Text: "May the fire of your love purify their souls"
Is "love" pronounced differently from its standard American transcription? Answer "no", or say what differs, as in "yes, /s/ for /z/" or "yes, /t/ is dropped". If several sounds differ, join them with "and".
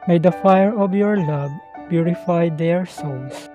yes, /b/ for /v/